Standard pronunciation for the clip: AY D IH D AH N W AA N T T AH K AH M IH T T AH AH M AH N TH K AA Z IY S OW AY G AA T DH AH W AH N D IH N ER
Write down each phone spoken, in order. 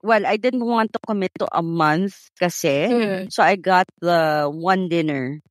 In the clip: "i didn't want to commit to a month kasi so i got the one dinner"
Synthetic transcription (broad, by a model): AY D IH D AH N W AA N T T AH K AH M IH T T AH AH M AH N TH K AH S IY S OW AY G AA T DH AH W AH N D IH N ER